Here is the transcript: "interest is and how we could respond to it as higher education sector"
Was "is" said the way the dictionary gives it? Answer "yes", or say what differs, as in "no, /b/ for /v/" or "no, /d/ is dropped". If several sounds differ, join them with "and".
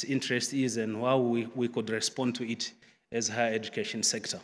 yes